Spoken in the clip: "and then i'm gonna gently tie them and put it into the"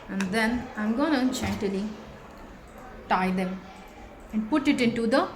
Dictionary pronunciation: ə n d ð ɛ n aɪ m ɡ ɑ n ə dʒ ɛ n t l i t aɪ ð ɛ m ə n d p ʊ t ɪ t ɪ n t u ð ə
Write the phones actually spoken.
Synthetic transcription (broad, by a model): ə n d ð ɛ n aɪ m ɡ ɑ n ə tʃ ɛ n t l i t aɪ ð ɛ m ə n d p ʊ t ɪ t ɪ n t u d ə